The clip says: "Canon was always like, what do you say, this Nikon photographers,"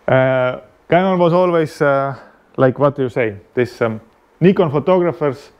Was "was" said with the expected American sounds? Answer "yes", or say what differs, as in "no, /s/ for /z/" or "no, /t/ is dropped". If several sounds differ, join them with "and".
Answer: no, /s/ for /z/